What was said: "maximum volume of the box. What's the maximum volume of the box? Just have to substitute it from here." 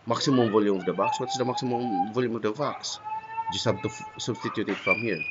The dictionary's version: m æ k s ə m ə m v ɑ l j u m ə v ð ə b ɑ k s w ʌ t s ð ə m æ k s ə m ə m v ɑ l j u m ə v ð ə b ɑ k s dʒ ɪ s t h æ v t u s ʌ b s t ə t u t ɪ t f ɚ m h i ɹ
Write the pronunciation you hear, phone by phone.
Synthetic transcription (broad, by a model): m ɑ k s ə m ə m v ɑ l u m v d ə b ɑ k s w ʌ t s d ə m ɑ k s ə m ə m v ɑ l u m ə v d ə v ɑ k s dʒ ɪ s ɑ b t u s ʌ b s t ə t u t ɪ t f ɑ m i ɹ